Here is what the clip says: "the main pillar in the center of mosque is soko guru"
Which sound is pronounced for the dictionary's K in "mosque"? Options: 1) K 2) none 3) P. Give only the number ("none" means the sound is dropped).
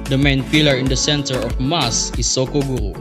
2